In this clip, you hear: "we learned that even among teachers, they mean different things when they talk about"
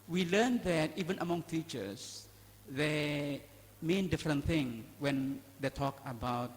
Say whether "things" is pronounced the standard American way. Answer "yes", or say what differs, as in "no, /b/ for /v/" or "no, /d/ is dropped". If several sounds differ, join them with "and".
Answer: no, /z/ is dropped